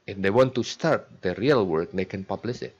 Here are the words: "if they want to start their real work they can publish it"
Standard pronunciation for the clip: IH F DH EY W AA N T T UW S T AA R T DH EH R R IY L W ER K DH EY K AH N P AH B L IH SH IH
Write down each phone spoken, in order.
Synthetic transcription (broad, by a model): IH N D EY W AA N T T UW S T AA R T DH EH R R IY L W ER K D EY K AH N P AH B L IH S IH